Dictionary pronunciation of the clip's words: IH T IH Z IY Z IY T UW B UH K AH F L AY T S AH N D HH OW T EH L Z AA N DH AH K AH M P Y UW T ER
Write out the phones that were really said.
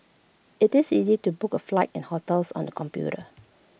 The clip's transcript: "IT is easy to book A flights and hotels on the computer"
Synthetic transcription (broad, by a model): IH T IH S IY Z IY T UW B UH K AH F L AY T AH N HH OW T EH L S AA N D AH K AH M P Y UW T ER